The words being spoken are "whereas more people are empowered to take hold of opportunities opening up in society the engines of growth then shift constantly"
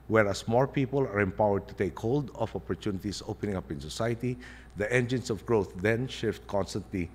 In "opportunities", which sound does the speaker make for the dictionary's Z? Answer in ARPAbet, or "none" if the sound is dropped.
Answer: S